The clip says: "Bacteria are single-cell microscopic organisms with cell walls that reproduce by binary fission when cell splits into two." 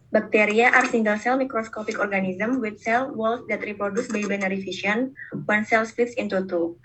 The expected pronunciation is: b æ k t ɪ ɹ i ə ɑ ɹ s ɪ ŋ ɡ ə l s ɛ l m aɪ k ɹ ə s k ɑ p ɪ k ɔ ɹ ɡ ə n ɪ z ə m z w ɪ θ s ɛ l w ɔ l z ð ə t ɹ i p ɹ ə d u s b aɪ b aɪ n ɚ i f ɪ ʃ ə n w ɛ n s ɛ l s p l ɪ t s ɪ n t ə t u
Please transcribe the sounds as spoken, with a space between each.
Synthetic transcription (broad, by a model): b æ k t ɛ ɹ i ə ɑ ɹ s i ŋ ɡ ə l s ɛ l m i k ɹ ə s k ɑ p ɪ k ɔ ɹ ɡ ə n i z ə m w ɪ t s ɛ l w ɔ l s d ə t ɹ i p ɹ ə d u s b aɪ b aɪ n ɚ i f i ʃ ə n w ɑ n s ɛ l s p ɪ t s ɪ n t ə t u